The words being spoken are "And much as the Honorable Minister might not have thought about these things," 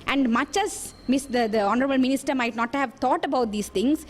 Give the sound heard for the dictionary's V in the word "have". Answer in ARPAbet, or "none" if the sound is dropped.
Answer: V